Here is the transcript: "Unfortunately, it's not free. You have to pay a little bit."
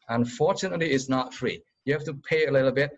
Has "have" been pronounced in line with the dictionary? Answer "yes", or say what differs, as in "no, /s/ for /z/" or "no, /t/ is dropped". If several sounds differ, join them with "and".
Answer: no, /f/ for /v/